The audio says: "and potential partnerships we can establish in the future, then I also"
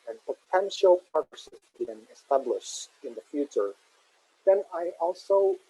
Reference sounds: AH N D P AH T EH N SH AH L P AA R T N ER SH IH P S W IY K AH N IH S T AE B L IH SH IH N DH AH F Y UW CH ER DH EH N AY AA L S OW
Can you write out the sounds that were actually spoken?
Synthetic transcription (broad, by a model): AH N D P AH T EH N SH AH L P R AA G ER S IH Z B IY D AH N IH S T AE B L IH SH IH N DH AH F Y UW CH ER DH EH N AY AA L S OW